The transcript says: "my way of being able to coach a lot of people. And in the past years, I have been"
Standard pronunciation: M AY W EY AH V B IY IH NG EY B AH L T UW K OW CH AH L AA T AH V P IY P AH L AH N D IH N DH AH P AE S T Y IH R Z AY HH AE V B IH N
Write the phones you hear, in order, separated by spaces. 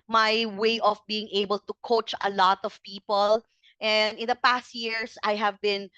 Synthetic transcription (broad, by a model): M AY W EY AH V B IY IH NG EY B AH L T UW K OW CH AH L AA T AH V P IY P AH L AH N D IH N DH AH P AE S T Y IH R S AY HH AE V B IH N